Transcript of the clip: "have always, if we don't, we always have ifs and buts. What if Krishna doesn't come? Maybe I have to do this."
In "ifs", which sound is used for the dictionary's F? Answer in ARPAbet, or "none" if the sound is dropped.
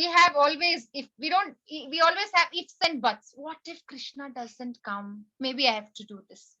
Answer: F